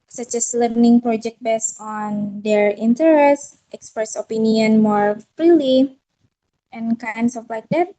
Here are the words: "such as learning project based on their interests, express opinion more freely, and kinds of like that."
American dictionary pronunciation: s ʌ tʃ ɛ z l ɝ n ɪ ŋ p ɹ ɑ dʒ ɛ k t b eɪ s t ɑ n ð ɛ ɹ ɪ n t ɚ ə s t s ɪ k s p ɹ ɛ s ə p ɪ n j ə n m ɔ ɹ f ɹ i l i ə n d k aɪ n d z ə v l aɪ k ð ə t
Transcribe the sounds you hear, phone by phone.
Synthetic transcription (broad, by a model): s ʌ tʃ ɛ s l ɝ n ɪ ŋ p ɹ ɑ dʒ ɛ k t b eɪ s ɑ n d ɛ ɹ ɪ n t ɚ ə s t ɪ k s p ɹ ɛ s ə p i n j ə n m ɔ ɹ f ɹ i l i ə n k aɪ n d s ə f l aɪ k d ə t